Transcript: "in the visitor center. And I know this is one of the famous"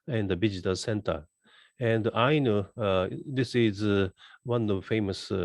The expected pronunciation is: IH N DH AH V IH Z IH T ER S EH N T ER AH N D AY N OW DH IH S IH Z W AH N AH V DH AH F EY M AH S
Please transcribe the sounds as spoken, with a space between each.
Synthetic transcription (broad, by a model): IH N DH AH B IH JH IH T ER S EH N T ER AH N D AY N OW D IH S IH Z W AH N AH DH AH F EY M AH S